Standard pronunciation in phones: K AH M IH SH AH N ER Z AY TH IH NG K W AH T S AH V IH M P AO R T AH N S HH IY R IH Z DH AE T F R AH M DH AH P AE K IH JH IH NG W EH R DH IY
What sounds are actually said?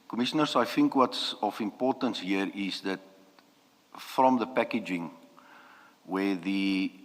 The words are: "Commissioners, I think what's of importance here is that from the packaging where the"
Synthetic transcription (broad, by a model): K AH M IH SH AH N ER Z AY TH IH NG K W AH T S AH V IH M P AO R T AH N S HH IY R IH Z DH AE T F R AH M DH AH P AE K IH JH IH NG W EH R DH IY